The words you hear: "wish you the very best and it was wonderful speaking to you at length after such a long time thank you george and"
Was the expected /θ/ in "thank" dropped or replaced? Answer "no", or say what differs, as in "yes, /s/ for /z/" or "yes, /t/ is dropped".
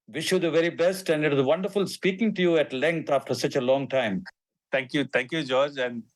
yes, /t/ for /θ/